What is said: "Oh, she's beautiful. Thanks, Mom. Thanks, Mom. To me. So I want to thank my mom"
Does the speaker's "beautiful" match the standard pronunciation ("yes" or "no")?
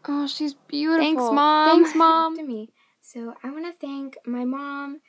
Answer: no